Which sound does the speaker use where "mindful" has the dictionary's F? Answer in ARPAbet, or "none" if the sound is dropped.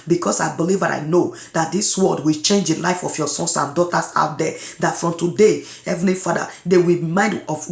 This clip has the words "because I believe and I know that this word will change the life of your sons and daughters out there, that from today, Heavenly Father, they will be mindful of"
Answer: none